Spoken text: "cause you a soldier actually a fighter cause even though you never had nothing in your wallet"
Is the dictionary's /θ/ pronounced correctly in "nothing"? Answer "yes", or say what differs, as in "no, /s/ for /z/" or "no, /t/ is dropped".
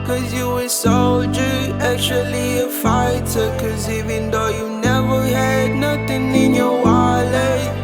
no, /t/ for /θ/